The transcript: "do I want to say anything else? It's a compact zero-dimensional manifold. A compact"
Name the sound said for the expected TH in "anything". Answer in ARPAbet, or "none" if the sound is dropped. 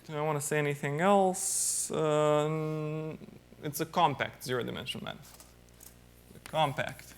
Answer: TH